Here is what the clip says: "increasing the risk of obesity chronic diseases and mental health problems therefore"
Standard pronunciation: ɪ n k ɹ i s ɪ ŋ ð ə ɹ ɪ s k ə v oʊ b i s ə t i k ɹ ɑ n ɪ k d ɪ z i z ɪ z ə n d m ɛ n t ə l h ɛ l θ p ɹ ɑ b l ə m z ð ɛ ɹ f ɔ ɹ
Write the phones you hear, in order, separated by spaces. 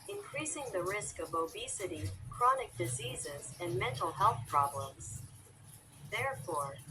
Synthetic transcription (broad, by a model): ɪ n k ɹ i s ɪ ŋ ð ə ɹ ɪ s k ə v oʊ b i s ə t i k ɹ ɑ n ɪ k d ɪ z i z ɪ z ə n m ɛ n t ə l h ɛ l θ p ɹ ɑ b l ə m z ð ɛ ɹ f ɔ ɹ